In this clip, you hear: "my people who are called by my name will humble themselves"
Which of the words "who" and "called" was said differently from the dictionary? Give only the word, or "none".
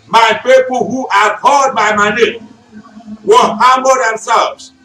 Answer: called